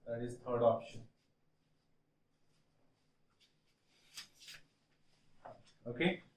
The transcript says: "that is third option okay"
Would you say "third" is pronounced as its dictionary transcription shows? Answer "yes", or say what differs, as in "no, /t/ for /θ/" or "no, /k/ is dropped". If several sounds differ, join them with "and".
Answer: no, /t/ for /θ/